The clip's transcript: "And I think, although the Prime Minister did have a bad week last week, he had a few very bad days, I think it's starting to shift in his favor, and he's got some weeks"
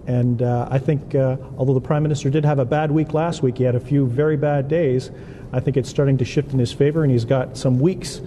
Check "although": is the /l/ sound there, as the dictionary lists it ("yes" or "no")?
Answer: yes